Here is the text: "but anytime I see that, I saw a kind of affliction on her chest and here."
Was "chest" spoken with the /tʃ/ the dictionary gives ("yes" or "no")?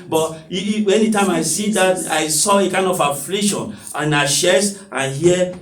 no